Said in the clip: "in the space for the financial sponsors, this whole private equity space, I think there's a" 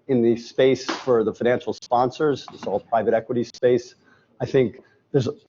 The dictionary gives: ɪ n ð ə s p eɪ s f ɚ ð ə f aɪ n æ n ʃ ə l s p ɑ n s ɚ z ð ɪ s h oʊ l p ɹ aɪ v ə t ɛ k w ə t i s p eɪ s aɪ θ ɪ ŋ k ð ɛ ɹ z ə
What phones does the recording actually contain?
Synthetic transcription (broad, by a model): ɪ n ð ə s p eɪ s f ɚ ð ə f aɪ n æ n ʃ l s p ɑ n s ɚ z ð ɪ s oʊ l p ɹ aɪ v ə t ɛ k w ə t i s p eɪ s aɪ θ ɪ ŋ k ð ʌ ɹ z